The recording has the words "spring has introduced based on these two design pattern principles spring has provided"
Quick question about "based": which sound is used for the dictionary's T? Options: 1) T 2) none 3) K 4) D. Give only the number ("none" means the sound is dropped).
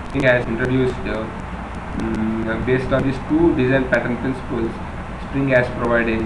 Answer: 1